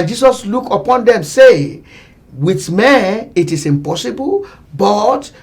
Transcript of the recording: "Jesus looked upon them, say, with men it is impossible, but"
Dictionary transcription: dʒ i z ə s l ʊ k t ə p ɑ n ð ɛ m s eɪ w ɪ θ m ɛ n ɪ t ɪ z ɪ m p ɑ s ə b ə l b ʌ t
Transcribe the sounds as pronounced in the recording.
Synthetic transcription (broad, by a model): dʒ i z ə s l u k ə p ɑ n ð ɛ m s eɪ w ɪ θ m ɛ n ɪ t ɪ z ɪ m p ɑ s ə b ə l b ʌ t